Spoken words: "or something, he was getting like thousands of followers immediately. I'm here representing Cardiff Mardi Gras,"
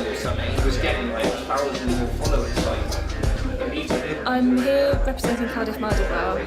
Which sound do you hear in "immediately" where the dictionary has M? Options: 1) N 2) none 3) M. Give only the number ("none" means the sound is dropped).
2